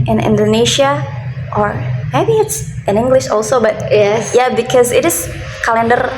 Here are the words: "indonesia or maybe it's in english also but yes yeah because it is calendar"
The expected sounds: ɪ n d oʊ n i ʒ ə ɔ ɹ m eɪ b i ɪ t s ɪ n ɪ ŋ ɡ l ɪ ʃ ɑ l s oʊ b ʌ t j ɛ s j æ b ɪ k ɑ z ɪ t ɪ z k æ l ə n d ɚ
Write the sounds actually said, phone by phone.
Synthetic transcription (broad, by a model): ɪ n d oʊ n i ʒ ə ɔ ɹ m eɪ b i ɪ t s ɪ n ɪ ŋ ɡ l ɪ ʃ ɑ l s oʊ b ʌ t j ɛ j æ b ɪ k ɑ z ɪ t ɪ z k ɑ l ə n d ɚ